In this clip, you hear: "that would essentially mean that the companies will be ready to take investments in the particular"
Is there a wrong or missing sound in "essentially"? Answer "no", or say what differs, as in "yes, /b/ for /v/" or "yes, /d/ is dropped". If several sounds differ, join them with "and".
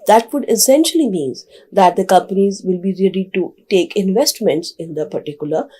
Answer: no